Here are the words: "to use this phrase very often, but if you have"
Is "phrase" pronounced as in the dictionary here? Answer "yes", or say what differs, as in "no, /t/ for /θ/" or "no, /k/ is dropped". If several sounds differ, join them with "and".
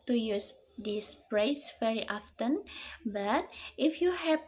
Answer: no, /p/ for /f/ and /s/ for /z/